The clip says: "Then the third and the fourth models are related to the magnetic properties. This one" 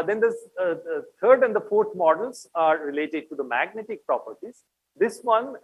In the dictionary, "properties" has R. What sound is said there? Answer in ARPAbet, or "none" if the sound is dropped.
R